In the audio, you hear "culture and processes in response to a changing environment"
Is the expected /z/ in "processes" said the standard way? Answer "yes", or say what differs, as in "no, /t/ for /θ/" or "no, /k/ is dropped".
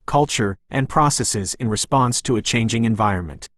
yes